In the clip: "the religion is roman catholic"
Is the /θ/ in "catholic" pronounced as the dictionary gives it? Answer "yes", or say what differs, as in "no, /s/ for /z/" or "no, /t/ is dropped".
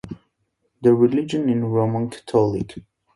no, /t/ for /θ/